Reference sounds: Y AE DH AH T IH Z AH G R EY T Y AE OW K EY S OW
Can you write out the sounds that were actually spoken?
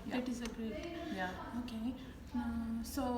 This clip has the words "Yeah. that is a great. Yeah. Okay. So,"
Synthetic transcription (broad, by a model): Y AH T IH Z AH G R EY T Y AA OW K EY S OW